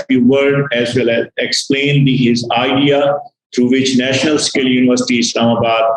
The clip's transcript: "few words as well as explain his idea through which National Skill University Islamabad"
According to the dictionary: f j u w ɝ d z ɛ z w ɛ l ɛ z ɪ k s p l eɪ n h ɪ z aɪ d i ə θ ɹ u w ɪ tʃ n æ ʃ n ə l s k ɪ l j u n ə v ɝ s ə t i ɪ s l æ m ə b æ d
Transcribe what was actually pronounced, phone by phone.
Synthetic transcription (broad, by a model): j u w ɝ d ɛ z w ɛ l ɛ z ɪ k s p l eɪ n h ɪ z aɪ d i ə t ɹ u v ɪ tʃ n æ ʃ n ə l s k ɪ l j u n ə v ɝ s ə t i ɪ s l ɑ m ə b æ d